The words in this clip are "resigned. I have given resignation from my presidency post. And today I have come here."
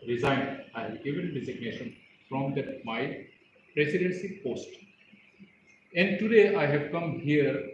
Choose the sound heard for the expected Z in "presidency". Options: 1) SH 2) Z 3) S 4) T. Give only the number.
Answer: 3